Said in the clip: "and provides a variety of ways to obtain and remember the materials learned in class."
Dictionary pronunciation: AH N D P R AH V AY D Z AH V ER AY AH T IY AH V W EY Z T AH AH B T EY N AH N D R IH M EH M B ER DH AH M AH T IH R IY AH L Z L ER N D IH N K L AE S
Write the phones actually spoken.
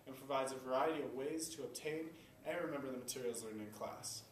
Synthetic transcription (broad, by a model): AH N P R AH V AY D Z AH V ER AY AH T IY AH V W EY Z T AH AH B T EY N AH N R IH M EH M B ER DH AH M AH T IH R IY L Z L ER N IH N K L AE S